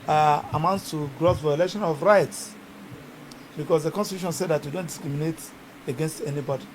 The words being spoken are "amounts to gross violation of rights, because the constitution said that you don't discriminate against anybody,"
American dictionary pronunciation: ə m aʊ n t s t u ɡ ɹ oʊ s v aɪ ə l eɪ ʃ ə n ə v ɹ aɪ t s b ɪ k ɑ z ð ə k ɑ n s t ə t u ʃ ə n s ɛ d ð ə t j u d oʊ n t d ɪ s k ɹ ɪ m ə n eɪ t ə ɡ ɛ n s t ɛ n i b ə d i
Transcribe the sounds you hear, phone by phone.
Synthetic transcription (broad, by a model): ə m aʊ n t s t u ɡ ɹ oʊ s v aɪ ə l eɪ ʃ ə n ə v ɹ aɪ t s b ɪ k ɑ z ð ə k ɑ n s t ə t u ʃ ə n s ɛ d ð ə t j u d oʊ n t d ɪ s k ɹ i m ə n eɪ t ə ɡ ɛ n s t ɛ n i b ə d i